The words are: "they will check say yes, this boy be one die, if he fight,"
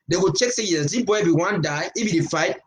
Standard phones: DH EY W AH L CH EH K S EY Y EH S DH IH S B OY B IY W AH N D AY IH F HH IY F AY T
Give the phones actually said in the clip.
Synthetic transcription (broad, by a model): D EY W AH CH EH K S EY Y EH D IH B OY B IY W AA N D AY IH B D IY F AY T